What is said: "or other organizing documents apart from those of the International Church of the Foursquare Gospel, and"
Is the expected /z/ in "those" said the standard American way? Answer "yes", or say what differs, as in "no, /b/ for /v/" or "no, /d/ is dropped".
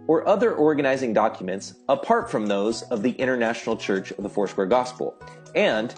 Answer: yes